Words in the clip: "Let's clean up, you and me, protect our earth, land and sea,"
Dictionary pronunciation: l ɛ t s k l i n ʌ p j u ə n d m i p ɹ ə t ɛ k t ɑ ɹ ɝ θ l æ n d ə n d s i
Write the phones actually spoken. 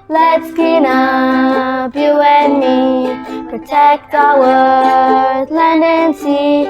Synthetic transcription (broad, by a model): l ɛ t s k i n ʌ b j u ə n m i p ɹ ə t ɛ k t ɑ w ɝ l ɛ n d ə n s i